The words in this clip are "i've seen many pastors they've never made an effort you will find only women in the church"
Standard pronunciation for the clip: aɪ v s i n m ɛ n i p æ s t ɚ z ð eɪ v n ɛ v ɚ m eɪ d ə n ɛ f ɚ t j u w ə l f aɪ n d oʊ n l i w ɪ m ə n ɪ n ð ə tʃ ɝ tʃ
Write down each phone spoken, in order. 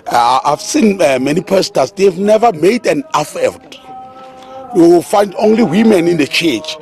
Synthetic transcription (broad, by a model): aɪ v s i n m ɛ n i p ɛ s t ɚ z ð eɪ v n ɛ v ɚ m eɪ d ə n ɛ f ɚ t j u w ə l f aɪ n d oʊ n l i w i m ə n ɪ n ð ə tʃ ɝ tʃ